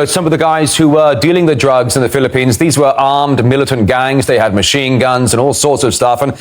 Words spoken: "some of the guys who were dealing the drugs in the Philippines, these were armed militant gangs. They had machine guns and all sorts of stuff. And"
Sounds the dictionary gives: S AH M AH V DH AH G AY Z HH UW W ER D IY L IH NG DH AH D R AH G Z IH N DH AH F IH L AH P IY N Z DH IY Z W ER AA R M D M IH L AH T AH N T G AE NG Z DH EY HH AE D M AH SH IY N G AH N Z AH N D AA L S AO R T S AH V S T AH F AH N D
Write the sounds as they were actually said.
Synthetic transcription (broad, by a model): S AH M AH V DH AH G AY Z HH UW W ER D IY L IH NG DH AH D R AH G Z IH N DH AH F IH L AH P IY N Z DH IY Z W ER AA R M D M IH L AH T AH N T G AE NG Z DH EY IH D M AH SH IY N G AH N Z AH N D AA L S AO R T S AH V S T AH F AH N